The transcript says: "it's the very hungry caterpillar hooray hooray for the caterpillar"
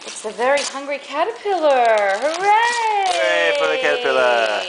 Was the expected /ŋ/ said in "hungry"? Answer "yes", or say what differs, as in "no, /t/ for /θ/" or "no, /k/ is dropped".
yes